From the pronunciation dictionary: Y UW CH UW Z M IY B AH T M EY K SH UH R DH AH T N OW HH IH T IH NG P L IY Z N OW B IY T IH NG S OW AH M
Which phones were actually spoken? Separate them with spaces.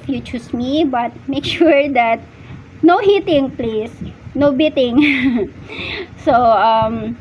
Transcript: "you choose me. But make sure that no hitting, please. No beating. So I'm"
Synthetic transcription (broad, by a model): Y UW CH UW S M IY B AH T M EY K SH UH R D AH T N OW HH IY T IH NG P L IY S N OW B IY T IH NG S OW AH M